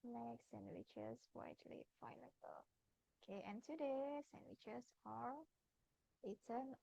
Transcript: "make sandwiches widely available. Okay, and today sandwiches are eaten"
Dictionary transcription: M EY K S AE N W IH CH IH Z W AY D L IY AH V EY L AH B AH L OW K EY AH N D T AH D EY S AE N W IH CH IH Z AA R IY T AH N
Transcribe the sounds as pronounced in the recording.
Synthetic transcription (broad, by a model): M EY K S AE N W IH CH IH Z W AY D L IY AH IH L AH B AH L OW K EY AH N T AH D EY S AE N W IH CH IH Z AA R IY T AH N